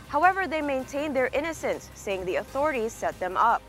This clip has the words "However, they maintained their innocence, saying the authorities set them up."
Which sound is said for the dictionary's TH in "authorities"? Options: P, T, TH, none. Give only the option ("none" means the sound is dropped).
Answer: TH